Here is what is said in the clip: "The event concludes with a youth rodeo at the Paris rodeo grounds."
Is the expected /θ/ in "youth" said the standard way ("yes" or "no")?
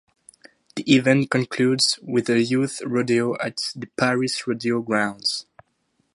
yes